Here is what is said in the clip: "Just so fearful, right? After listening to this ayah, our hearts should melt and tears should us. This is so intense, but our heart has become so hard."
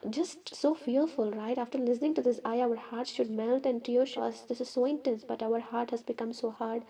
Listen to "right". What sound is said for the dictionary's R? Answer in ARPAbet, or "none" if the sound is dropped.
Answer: R